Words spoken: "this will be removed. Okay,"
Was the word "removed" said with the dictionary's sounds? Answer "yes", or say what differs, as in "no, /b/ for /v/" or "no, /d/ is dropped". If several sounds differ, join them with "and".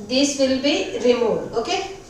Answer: no, /v/ is dropped